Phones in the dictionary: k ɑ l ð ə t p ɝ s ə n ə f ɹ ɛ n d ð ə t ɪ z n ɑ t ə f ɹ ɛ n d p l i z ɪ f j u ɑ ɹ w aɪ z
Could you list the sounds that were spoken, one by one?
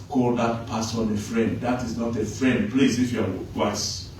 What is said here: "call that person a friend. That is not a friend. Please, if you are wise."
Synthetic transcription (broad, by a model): k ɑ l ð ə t p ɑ s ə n ə f ɹ ɛ n d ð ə t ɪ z n ɑ t ə f ɹ ɛ n d p l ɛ s ɪ f j u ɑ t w aɪ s